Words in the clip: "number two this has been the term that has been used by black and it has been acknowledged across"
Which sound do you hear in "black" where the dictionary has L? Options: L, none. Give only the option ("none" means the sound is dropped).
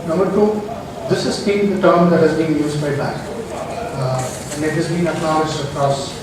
none